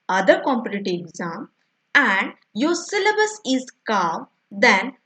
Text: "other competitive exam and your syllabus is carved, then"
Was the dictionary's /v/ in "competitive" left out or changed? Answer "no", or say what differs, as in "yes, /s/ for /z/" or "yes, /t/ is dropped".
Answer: yes, /v/ is dropped